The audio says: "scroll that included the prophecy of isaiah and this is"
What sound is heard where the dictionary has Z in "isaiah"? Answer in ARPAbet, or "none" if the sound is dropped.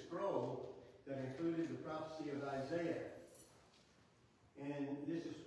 Z